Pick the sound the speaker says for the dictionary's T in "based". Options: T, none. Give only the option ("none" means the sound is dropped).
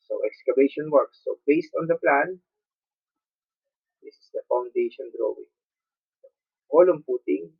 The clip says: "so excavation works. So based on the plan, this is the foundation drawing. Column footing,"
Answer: T